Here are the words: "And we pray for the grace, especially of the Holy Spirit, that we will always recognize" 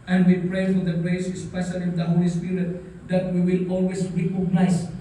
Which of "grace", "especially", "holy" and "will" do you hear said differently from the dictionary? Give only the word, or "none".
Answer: none